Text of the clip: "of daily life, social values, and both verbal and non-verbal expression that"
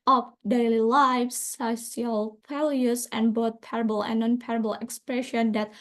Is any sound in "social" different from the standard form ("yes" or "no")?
yes